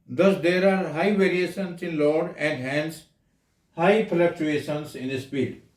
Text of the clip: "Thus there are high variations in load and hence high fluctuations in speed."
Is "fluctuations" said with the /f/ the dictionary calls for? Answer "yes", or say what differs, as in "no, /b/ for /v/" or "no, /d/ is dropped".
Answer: no, /p/ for /f/